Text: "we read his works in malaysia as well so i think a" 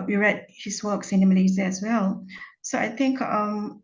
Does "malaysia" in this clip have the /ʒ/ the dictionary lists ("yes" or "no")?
no